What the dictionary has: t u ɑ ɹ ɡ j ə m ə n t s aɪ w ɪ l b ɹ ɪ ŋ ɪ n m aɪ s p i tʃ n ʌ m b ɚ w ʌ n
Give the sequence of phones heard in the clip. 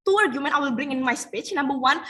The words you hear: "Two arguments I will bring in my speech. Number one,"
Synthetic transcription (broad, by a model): t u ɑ ɹ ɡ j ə m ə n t aɪ w ɪ l b ɹ ɪ ŋ ɪ n m aɪ s p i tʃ n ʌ m b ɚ w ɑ n